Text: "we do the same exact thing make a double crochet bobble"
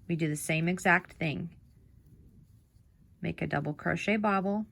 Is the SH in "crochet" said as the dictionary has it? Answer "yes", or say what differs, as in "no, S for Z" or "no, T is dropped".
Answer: yes